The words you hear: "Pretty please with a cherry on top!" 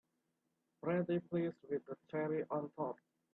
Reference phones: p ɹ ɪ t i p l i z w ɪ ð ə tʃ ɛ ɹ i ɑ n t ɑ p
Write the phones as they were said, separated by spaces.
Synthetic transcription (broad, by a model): b ɹ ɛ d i p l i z w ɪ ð ə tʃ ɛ ɹ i ɑ n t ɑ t